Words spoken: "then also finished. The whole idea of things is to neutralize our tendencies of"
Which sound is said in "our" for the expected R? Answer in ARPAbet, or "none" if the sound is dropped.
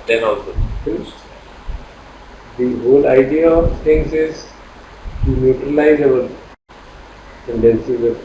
L